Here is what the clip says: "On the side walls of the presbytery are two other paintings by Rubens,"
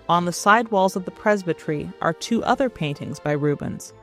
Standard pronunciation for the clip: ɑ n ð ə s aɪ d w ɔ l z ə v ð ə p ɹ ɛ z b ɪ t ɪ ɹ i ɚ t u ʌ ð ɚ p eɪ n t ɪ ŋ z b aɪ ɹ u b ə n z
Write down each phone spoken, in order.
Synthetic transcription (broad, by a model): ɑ n ð ə s aɪ d w ɔ l z ə v ð ə p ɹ ɛ z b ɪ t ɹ i ɚ t u ʌ ð ɚ p eɪ n t ɪ ŋ z b aɪ ɹ u b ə n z